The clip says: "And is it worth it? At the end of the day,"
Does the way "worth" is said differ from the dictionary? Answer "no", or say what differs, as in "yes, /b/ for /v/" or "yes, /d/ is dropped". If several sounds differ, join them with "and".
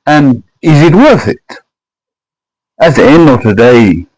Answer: no